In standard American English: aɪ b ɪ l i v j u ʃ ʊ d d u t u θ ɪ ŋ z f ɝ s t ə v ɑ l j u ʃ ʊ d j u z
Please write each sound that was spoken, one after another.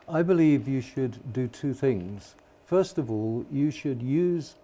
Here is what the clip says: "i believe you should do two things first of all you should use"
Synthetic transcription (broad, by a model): aɪ b ɪ l i v j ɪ ʃ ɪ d d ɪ t u θ ɪ ŋ z f ɝ s t ə v ɑ l j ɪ ʃ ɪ d j u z